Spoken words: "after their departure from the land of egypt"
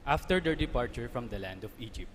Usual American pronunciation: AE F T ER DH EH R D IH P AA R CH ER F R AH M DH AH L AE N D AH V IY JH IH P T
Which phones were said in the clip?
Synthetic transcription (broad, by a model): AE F T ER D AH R D IH P AA R CH ER F R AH M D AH L AE N D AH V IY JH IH P T